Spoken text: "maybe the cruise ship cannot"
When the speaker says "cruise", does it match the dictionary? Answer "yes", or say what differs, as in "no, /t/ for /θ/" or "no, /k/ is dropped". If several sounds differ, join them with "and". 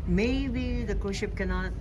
no, /ɹ/ is dropped